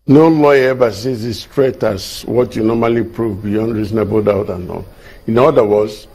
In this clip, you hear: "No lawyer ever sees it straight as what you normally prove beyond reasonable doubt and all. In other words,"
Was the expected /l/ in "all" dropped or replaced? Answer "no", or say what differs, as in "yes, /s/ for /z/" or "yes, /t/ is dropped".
yes, /n/ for /l/